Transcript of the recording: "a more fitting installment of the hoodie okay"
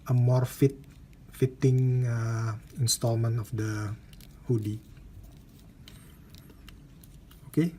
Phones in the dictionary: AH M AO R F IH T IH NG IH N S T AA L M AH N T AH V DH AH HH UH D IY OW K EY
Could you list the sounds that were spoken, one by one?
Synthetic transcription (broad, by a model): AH M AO R F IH T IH NG IH N S T AA L M AH N T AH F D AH HH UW D IY OW K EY